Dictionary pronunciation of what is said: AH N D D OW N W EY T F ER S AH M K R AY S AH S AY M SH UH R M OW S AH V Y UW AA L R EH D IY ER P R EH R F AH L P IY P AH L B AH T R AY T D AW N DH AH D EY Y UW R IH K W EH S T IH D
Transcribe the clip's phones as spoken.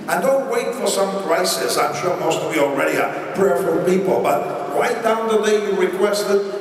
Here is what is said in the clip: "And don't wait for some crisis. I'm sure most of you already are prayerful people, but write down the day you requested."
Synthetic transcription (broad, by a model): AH N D D OW N W EY T F ER S AH M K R AY S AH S AY M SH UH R M OW S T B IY AA L R EH D IY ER P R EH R F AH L P IY P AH L B AH T R AY T D AW N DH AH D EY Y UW R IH K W EH S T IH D